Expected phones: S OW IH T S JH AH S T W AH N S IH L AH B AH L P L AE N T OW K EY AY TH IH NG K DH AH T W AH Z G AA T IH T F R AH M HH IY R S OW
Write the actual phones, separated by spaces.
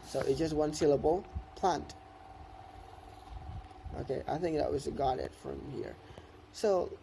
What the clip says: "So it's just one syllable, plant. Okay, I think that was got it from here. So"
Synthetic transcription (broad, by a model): S OW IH T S JH AH S T W AH N S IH L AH B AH L P L AE N T OW K EY AY TH IH NG K DH AH T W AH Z G AA T IH T F R AH M HH IY R S OW